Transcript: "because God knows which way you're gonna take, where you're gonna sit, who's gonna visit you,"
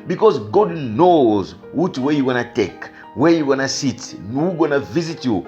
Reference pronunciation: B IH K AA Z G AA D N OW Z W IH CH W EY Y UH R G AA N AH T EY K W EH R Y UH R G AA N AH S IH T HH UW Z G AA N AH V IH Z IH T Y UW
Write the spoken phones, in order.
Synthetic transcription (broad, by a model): B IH K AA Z G AA D N OW Z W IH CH W EY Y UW G AA N AH T EY K W EH R Y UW G AA N AH S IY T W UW G AA N AH V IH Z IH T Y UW